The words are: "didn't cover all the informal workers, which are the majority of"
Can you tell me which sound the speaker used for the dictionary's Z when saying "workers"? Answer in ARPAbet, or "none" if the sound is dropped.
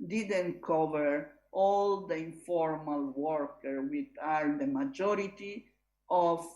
none